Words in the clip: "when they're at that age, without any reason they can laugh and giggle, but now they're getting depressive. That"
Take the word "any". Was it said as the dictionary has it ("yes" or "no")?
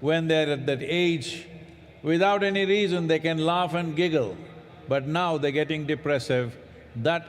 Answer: yes